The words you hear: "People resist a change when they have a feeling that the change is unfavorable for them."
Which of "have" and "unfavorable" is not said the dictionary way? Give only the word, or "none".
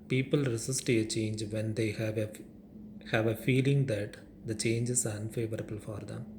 none